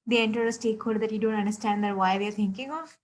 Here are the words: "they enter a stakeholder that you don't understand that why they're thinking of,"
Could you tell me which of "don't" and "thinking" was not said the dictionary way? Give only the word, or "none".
thinking